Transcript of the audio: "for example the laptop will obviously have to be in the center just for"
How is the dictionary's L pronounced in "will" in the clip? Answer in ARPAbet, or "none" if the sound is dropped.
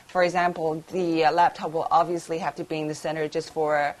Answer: L